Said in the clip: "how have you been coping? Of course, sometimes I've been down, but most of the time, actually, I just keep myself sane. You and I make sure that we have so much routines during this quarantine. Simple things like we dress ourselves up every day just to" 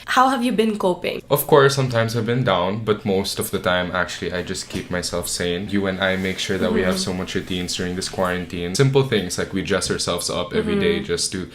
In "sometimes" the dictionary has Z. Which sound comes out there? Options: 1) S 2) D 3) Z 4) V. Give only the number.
1